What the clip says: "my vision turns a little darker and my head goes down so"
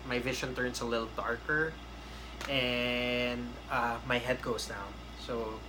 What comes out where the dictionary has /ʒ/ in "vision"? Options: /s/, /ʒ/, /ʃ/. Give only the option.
/ʃ/